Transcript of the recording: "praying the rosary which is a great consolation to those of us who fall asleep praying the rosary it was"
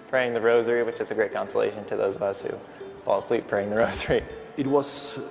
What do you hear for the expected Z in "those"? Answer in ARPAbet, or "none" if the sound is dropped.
Z